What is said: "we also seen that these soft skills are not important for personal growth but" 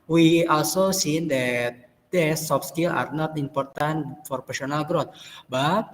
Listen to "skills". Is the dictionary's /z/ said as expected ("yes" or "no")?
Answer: no